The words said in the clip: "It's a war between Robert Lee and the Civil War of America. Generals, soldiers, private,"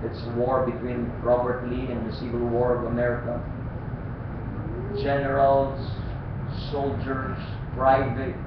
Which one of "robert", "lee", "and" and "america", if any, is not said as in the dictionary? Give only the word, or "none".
none